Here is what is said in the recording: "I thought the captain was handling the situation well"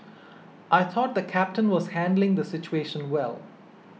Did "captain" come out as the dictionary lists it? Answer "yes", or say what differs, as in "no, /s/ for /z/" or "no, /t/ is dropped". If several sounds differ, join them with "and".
yes